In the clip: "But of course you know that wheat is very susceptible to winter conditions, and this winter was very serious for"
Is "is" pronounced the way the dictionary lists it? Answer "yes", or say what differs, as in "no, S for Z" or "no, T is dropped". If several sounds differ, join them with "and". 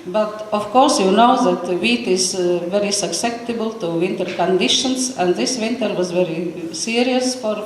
yes